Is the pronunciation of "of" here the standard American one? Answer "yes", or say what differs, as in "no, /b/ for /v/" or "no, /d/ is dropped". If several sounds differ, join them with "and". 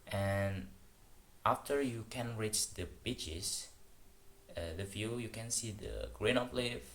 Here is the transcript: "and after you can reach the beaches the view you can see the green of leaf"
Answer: no, /p/ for /v/